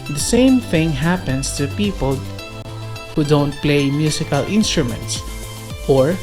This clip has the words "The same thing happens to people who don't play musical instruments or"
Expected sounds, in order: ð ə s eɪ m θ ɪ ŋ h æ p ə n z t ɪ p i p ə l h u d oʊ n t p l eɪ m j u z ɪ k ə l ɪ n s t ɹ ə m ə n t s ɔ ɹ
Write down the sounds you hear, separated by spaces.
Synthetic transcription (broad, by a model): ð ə s eɪ m θ ɪ ŋ h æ p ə n s t ɪ p i p ə l h u d oʊ n t p l eɪ m j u s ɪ k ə l ɪ n s t ɹ ə m ə n t s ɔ ɹ